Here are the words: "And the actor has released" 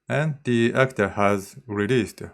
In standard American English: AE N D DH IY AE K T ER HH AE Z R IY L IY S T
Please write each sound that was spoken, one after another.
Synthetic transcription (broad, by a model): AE N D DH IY AE K T ER HH AE Z R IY L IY S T